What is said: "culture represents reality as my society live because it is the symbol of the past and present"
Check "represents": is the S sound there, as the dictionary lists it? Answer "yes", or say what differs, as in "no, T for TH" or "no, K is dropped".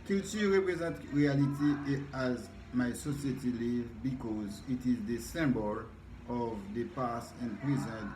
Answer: no, S is dropped